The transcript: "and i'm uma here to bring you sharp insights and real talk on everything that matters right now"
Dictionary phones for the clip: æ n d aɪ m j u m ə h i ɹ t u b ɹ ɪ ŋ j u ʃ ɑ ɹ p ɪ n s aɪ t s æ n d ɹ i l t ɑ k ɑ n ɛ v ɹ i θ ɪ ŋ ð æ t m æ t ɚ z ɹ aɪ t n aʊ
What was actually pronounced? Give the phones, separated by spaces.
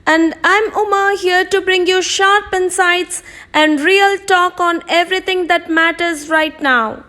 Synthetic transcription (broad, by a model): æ n d aɪ m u m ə h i ɹ t u b ɹ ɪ ŋ j u ʃ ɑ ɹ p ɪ n s aɪ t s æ n d ɹ i l t ɑ k ɑ n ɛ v ɹ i t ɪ ŋ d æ t m æ t ɚ z ɹ aɪ t n aʊ